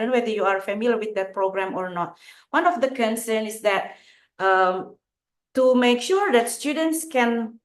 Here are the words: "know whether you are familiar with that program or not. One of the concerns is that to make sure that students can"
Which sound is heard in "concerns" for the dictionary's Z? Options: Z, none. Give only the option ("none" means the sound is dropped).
none